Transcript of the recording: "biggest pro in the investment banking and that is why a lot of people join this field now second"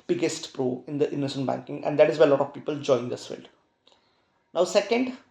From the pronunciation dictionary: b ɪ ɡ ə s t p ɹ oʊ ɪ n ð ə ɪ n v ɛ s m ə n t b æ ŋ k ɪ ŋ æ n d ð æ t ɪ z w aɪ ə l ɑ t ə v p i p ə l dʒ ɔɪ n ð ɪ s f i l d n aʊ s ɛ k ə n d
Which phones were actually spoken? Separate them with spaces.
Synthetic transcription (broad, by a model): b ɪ ɡ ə s t p ɹ oʊ ɪ n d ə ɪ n ʌ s ə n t b æ ŋ k ɪ ŋ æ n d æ t ɪ z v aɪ ə l ɑ t ə v p i p ə l dʒ ɔɪ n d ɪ s f i l d n aʊ s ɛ k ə n d